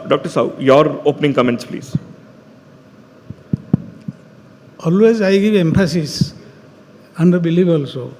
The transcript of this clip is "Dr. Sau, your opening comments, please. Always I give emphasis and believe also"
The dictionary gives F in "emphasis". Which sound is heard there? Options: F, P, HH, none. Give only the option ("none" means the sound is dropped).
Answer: P